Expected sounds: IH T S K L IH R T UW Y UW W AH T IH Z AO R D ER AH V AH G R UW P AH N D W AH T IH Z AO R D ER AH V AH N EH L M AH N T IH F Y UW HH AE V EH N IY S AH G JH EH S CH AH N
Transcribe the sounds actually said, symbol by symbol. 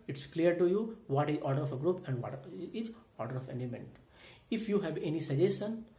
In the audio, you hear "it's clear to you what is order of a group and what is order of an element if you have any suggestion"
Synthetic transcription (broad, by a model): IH T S K L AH R T UW Y UW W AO T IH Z AO R D ER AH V AH G R UW P AH N D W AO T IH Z AO R D ER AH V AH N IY M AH N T IH F Y UW HH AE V EH N IY S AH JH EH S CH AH N